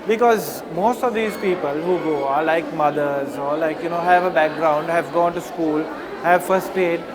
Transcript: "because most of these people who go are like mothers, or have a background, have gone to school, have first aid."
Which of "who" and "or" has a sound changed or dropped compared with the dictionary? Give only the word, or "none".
or